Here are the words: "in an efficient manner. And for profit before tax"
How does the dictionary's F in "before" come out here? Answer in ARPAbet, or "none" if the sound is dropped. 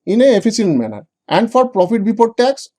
P